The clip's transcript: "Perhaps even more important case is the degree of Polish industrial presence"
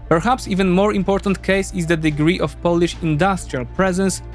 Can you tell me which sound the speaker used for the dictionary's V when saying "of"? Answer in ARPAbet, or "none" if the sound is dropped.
F